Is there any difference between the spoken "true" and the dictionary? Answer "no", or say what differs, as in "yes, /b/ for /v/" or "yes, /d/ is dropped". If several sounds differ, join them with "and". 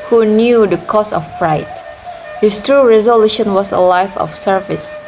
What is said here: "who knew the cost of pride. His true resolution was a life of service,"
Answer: no